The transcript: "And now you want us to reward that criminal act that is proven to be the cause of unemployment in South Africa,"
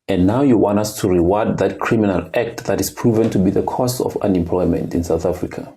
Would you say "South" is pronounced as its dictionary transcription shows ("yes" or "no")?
yes